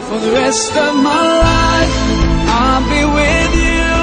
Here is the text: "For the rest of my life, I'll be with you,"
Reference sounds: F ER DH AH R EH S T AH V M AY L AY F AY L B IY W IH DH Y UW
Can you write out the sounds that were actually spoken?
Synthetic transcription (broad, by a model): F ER DH AH R EH S T AH V M AY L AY AY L B IY W IH DH Y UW